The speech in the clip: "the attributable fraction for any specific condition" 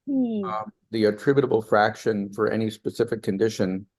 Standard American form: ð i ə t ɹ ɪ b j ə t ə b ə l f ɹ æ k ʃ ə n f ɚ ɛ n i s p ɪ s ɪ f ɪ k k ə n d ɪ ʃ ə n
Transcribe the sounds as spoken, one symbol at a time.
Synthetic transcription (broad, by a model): ð i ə t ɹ ɪ b j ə t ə b l f ɹ æ k ʃ ə n f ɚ ɛ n i s p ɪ s ɪ f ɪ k k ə n d ɪ ʃ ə n